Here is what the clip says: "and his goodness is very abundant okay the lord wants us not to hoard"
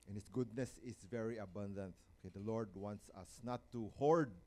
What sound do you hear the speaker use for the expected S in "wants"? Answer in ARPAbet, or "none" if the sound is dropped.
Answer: S